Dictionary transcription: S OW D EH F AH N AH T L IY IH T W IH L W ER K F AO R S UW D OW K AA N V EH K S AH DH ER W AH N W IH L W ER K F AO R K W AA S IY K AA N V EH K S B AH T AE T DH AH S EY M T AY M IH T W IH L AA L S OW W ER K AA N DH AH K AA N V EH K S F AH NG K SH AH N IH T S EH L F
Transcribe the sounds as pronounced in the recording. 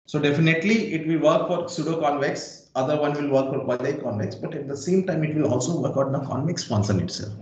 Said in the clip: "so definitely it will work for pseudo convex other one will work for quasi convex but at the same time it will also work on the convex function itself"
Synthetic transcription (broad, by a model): S OW D EH F AH N AH T L IY IH T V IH L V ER K F AO R S UW D OW K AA N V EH K S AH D ER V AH N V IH L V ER K F AO R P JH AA IY K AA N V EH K S B AH T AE T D AH S EY M T AY M IH T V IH L AA L S OW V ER K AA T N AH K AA N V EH K S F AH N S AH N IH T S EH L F